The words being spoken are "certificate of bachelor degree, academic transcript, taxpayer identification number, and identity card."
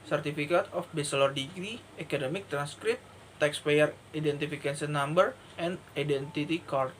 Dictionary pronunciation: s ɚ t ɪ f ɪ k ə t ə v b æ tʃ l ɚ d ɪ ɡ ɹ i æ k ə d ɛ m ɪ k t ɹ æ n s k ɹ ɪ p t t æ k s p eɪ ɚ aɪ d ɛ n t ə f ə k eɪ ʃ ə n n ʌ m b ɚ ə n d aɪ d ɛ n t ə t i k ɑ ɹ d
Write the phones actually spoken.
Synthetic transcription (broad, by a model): s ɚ t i f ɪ k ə t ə f b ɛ s l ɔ d ɪ ɡ ɹ i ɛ k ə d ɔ m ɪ k t ɹ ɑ n s k ɹ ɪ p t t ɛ k s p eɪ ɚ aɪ d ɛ n t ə f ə k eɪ s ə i n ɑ m b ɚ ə n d aɪ d ɛ n t ə t i k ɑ ɹ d